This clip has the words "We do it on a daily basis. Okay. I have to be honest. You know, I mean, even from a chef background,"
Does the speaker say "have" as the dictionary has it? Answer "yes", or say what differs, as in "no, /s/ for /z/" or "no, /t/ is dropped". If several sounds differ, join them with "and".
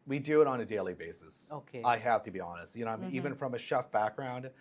no, /f/ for /v/